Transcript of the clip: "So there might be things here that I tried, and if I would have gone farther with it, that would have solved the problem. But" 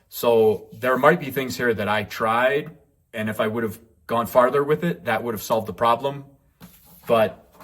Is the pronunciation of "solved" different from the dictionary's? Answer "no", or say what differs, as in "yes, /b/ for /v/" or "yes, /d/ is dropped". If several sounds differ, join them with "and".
no